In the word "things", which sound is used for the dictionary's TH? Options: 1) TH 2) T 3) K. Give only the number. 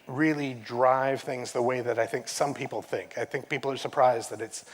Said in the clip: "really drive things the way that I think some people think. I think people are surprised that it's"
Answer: 1